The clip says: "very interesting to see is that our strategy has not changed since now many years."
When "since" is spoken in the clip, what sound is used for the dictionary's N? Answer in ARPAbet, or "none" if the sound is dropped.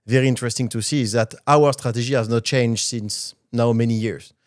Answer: N